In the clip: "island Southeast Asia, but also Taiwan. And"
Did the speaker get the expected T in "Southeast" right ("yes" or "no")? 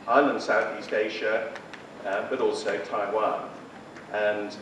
yes